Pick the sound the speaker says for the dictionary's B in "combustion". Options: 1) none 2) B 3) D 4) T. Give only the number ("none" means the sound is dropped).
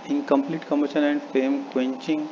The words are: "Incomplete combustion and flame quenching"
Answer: 1